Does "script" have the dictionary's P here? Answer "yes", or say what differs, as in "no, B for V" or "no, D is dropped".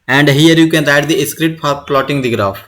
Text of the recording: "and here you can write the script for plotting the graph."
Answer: no, P is dropped